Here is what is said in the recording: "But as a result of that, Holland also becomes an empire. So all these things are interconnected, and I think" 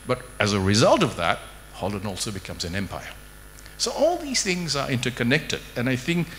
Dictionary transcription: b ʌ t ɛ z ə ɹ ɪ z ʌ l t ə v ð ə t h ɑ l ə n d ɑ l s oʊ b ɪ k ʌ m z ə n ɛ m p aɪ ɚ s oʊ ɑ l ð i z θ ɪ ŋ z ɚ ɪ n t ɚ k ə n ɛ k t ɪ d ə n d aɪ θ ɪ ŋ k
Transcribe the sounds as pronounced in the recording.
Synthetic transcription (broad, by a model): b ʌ t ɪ z ə ɹ ɪ z ʌ l t ə v ð ə t h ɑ l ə n ɑ l s oʊ b ɪ k ʌ m z ə n ɛ m p aɪ ɚ s oʊ ɑ l ð i z θ ɪ ŋ z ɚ ɪ n t ɚ k ə n ɛ k t ɪ d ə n aɪ θ ɪ ŋ k